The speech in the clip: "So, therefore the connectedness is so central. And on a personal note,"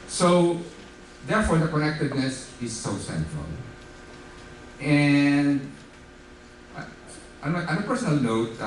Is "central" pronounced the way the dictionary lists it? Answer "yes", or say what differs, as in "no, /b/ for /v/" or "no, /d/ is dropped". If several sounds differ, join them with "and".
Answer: yes